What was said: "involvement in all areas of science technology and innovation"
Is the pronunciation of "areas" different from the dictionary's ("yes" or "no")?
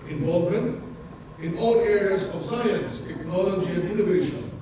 no